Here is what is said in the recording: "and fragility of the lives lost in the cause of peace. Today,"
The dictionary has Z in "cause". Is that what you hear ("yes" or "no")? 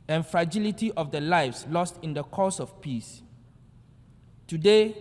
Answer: no